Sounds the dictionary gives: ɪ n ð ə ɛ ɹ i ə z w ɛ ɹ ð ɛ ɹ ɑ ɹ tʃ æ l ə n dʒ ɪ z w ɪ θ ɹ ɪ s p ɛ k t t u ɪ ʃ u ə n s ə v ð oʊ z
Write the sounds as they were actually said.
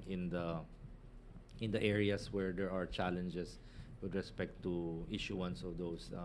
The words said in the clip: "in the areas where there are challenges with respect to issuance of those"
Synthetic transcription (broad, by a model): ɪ n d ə ɛ ɹ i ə s w ɛ ɹ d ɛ ɹ ɑ ɹ tʃ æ l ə n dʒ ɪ s w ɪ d ɹ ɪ s p ɛ k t t u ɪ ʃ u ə n s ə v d oʊ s